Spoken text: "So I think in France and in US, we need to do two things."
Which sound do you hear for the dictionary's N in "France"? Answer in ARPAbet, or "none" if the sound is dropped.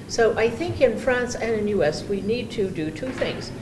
N